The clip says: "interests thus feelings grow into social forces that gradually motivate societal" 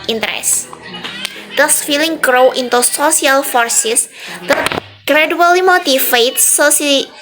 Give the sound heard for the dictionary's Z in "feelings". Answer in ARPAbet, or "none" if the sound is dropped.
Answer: none